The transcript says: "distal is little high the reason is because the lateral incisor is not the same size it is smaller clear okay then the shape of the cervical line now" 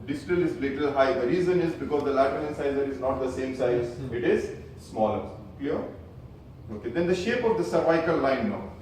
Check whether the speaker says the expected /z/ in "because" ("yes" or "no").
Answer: yes